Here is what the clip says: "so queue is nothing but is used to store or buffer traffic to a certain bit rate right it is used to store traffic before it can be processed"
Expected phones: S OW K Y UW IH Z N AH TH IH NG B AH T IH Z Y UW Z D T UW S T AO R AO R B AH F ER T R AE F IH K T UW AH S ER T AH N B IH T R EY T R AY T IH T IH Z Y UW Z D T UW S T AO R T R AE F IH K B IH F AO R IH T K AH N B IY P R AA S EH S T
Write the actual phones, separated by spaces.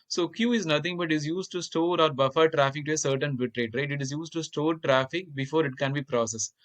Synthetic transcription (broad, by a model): S OW K Y UW IH Z N AH T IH NG B AH T IH Z Y UW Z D T UW S T AO R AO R B AH F ER T R AE F IH K T UW AH S ER T AH N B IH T R EY T R AY T IH T IH Z Y UW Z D T UW S T AO R T R AE F IH K B IH F AO R IH T K AH N B IY P R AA S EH S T